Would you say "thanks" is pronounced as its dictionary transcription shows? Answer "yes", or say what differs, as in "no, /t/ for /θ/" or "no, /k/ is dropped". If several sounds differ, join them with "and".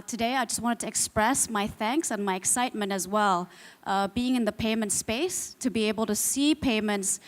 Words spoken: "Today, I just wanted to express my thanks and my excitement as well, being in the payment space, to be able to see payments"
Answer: yes